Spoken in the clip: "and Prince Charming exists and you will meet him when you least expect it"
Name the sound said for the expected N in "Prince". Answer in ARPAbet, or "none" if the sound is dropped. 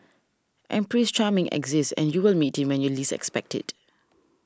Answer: none